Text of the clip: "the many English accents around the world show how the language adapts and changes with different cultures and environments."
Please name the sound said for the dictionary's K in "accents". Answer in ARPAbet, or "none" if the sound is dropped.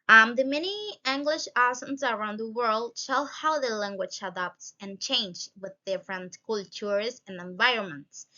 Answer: none